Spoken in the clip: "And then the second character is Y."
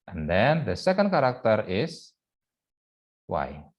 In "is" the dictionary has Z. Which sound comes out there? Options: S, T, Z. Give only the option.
S